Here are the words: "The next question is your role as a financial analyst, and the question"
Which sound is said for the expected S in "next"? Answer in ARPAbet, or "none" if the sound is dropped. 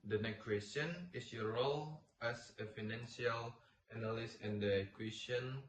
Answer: none